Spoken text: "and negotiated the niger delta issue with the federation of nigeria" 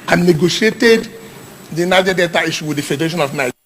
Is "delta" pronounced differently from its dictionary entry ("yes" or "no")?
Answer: yes